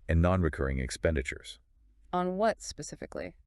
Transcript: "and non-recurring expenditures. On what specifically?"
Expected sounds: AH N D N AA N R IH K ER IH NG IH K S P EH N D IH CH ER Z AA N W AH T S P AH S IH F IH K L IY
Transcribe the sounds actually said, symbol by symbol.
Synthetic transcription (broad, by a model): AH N N AA N R IH K ER IH NG IH K S P EH N D IH CH ER Z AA N W AH T S P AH S IH F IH K L IY